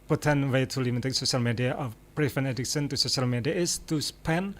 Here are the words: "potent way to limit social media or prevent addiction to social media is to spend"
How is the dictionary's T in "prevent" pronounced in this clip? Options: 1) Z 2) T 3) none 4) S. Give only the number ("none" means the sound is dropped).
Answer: 3